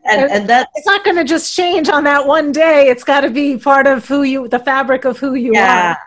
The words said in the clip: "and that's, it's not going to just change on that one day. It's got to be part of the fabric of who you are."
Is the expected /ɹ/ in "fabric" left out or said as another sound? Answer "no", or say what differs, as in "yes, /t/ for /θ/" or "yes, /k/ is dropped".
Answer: no